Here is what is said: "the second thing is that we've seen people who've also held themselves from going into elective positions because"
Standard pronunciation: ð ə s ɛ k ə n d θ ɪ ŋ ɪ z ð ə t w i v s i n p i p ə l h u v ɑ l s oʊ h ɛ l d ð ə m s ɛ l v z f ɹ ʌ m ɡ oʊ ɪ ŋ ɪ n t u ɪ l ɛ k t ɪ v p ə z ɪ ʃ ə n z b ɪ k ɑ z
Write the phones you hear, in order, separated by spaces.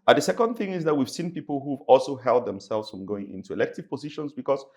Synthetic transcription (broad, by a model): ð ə s ɛ k ə n d θ ɪ ŋ ɪ z ð ə t w i v s i n p i p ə l h u v ɑ l s oʊ h ɛ l d ð ə m s ɛ l v z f ɹ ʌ m ɡ oʊ ɪ ŋ ɪ n t u ɪ l ɛ k t ɪ v p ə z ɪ ʃ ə n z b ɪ k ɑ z